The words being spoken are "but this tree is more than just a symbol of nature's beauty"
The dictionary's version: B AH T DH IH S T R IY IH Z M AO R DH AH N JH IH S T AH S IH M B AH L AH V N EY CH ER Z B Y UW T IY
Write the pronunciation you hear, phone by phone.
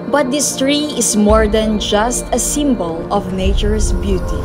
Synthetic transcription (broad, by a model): B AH T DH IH S T R IY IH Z M AO R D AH N JH IH S T AH S IH M B AH L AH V N EY CH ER S B Y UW T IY